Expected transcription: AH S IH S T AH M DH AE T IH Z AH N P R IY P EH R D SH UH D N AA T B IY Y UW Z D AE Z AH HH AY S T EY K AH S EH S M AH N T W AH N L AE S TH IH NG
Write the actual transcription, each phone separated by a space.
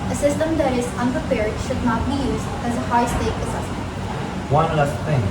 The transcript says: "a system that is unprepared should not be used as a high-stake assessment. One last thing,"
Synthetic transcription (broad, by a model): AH S IH S T AH M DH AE T IH Z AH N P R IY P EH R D SH UH D N AA T B IY Y UW Z D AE Z AH HH AY S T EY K AH S EH S M AH N T W AH N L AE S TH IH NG